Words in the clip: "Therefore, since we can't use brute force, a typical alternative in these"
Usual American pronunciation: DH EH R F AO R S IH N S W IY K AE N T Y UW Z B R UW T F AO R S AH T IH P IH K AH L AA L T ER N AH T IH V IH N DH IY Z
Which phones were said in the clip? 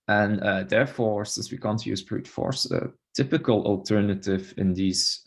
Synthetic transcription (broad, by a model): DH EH R F AO R S IH N S W IY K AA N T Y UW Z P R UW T F AO R S AH T IH P IH K AH L AA L T ER N AH T IH V IH N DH IY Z